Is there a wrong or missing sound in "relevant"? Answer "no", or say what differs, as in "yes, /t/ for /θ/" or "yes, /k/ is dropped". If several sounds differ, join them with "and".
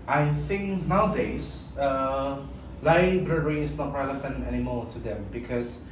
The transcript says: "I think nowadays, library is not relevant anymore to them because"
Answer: yes, /f/ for /v/ and /t/ is dropped